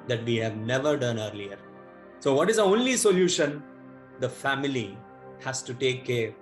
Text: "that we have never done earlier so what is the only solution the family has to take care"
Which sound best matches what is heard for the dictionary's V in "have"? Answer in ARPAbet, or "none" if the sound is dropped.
V